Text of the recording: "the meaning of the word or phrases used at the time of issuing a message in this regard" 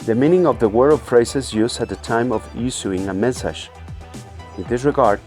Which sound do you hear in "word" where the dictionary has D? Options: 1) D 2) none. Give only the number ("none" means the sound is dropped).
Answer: 2